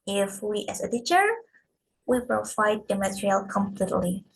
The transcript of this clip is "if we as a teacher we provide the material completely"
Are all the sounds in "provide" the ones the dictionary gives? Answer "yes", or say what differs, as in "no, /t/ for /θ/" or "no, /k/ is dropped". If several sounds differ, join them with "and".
no, /f/ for /v/